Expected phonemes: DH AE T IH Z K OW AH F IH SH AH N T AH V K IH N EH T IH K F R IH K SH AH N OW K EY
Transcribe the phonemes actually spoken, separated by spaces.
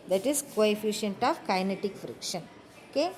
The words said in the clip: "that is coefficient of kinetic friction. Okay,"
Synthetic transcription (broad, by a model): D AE T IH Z K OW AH F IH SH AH N T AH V K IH N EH T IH K F R IH K SH AH N OW K EY